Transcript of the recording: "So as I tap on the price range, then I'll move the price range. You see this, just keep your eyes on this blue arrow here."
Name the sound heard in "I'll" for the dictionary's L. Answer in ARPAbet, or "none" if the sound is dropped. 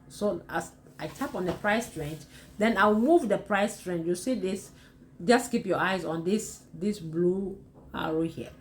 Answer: W